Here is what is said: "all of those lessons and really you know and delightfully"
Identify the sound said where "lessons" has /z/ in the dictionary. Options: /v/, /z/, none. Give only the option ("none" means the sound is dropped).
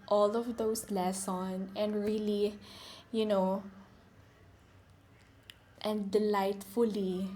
none